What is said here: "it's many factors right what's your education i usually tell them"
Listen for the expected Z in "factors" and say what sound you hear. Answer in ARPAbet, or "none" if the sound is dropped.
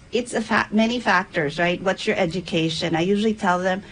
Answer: Z